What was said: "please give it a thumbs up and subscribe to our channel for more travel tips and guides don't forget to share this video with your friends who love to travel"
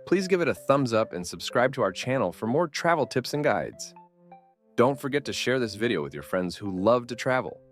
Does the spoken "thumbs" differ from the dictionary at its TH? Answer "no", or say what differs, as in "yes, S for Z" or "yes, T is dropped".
no